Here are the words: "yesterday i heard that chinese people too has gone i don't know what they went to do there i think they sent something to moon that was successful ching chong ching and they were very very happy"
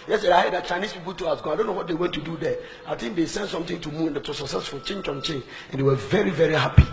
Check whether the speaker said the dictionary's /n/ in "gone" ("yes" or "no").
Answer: no